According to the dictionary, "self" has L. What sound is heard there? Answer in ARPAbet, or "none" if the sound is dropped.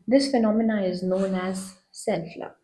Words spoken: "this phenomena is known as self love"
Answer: N